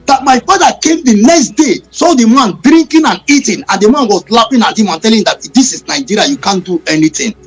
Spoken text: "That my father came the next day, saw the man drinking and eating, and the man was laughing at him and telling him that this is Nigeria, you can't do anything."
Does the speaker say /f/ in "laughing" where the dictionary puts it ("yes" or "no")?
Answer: no